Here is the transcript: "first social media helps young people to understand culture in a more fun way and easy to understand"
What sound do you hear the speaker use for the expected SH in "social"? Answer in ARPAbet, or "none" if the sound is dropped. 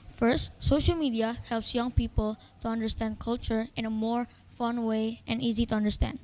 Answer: SH